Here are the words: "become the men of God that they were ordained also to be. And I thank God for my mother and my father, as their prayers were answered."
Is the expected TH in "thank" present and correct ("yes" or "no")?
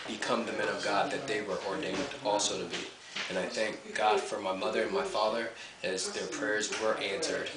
yes